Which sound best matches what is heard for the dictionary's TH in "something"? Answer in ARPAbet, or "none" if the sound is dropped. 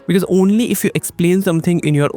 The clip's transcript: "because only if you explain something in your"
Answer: T